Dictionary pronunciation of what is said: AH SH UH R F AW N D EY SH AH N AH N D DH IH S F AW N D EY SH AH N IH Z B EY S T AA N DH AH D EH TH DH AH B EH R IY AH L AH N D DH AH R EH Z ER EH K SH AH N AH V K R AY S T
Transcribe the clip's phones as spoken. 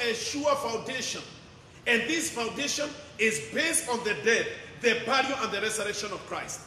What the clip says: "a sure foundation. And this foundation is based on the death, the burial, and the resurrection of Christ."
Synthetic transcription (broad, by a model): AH SH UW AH F AW N D EY SH AH N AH N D DH IH S F AW N D EY SH AH N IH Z B EY S T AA N DH AH D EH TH DH AH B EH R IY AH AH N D DH AH R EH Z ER EH K SH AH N AH V K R AY S T